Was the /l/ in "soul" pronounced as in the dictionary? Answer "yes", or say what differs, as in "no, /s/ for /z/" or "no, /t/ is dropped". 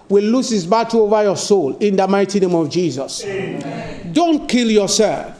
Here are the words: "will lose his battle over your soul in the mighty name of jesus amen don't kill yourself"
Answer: yes